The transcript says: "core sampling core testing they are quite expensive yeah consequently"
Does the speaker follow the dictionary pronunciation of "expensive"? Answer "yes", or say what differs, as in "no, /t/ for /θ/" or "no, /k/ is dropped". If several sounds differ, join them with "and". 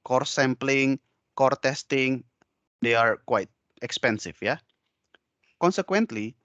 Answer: no, /f/ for /v/